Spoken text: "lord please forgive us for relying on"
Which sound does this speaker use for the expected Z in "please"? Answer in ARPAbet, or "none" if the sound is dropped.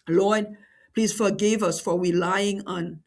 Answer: S